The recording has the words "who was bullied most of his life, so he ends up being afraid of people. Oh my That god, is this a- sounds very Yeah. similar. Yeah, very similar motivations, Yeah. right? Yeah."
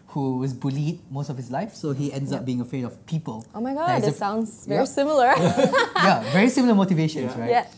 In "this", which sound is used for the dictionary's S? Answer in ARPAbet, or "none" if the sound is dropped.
none